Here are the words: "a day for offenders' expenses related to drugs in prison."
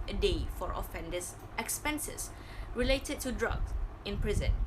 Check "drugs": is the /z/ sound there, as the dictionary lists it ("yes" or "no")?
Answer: no